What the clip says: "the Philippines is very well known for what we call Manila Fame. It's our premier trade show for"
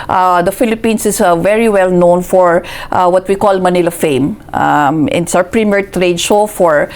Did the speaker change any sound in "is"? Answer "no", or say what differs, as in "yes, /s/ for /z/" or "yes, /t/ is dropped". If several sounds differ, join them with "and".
yes, /s/ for /z/